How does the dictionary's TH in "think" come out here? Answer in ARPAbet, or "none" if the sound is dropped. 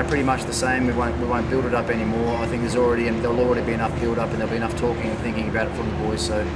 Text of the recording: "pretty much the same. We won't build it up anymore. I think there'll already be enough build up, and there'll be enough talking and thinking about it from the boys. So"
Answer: TH